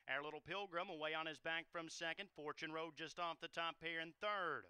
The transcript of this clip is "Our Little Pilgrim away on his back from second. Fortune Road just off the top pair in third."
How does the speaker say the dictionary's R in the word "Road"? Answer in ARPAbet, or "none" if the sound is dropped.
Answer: R